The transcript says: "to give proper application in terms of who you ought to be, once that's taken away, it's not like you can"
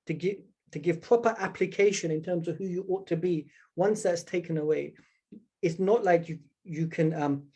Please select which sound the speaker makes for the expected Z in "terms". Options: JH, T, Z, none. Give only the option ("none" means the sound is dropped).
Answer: Z